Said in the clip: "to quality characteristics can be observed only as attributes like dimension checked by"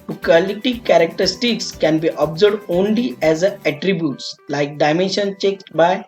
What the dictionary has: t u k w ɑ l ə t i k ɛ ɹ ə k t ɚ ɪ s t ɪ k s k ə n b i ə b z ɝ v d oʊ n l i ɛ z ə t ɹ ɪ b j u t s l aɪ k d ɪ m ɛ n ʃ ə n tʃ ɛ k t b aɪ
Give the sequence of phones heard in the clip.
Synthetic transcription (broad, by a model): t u k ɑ l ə t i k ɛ ɹ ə k t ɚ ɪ s t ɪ k s k ə n b i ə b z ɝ d oʊ n l i ɛ z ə t ɹ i b j u t s l aɪ k d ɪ m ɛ n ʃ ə n tʃ ɛ k t b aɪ